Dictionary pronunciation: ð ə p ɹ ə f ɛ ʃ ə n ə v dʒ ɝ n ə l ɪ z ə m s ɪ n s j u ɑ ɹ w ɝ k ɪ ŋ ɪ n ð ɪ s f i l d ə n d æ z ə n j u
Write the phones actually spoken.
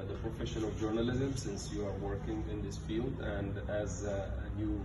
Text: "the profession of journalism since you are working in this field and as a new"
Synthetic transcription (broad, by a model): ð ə p ɹ ə f ɛ ʃ ə n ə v dʒ ɝ n ə l ɪ z ə m s ɪ n s j u ɑ ɹ w ɝ k ɪ ŋ ɪ n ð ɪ s f i l d ə n d æ z ə n j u